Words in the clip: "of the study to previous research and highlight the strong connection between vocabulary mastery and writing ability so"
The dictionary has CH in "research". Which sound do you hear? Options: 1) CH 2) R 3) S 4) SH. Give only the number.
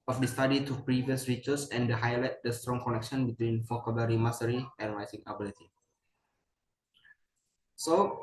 3